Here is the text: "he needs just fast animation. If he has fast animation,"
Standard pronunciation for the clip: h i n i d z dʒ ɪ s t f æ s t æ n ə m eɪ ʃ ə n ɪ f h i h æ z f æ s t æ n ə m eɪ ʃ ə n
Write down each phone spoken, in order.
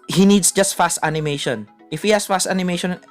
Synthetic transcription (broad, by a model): h i n i d s dʒ ɪ s t f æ s t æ n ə m eɪ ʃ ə n ɪ f h i h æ s f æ s t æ n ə m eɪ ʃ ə n